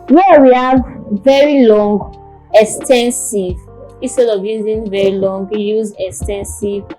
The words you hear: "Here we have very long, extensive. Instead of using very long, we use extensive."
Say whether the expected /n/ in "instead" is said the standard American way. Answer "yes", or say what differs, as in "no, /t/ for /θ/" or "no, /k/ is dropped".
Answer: no, /n/ is dropped